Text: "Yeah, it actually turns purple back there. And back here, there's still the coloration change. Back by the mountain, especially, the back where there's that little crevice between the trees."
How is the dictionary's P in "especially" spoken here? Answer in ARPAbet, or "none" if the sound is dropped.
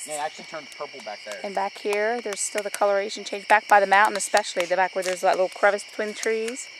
P